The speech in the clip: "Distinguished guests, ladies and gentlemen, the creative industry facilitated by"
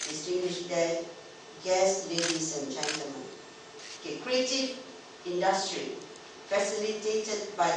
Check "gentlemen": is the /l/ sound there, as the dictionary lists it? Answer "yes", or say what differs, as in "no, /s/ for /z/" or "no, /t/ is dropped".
no, /l/ is dropped